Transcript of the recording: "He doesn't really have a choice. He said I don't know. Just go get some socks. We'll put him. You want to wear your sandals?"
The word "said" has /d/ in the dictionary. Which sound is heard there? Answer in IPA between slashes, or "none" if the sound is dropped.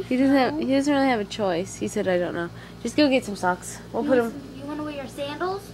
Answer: /d/